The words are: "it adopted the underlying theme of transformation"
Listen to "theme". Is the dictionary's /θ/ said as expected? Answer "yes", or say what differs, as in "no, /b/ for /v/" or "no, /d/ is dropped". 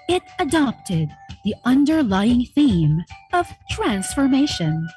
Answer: yes